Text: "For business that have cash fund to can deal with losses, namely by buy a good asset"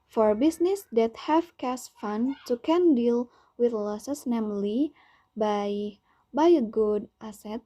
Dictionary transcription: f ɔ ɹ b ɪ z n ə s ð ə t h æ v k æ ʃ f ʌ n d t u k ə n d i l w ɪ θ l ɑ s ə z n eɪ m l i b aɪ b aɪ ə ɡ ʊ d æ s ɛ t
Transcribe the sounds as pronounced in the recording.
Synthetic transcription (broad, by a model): f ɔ ɹ b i s n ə s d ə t h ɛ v k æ s f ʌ n t u k ə n d i l w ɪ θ l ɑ s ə s n eɪ m l i b aɪ b aɪ ə ɡ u d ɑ s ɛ t